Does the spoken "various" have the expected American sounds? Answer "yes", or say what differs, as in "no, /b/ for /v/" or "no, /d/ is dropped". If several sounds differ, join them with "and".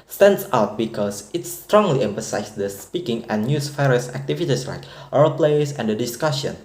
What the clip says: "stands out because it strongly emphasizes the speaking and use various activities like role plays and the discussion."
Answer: no, /f/ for /v/